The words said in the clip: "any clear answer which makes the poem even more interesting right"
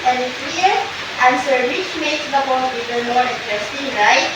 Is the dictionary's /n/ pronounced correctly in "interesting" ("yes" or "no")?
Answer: no